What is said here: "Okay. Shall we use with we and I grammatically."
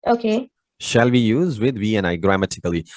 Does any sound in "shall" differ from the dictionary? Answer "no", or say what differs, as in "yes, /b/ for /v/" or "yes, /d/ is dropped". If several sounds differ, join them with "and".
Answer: no